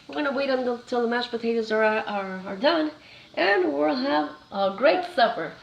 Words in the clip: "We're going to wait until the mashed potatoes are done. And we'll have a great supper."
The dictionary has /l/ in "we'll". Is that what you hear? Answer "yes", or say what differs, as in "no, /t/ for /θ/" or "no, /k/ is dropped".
yes